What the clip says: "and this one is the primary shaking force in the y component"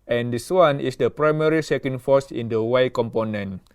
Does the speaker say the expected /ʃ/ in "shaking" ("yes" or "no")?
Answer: no